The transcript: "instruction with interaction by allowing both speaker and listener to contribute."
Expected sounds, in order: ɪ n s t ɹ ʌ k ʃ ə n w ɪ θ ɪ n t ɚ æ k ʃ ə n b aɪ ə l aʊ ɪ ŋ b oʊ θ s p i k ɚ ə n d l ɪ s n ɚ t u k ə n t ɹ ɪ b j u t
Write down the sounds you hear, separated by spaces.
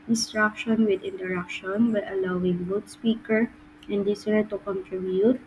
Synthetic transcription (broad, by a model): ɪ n s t ɹ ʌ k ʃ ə n w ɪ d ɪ n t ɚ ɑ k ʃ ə n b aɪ ə l aʊ ɪ ŋ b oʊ t s p i k ɚ ə n d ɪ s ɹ t u k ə n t ɹ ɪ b j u t